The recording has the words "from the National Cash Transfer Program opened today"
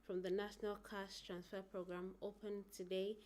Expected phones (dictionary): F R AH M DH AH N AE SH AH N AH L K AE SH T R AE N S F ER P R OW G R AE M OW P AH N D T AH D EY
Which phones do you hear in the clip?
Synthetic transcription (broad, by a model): F R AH M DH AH N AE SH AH N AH L K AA S T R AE N S F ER P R OW G R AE M OW P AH N T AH D EY